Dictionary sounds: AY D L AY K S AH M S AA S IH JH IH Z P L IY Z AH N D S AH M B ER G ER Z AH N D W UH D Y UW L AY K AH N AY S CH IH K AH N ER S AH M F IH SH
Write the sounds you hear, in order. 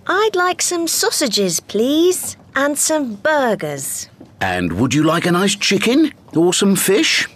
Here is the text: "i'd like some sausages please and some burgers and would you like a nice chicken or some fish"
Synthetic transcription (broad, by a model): AY D L AY K S AH M S AA S IH JH IH Z P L IY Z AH N S AH M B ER G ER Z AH N W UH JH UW L AY K AH N AY S CH IH K AH N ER S AH M F IH SH